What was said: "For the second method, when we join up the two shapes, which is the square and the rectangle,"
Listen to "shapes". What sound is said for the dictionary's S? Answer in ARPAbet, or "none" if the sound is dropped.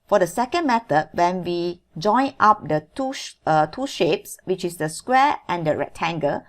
S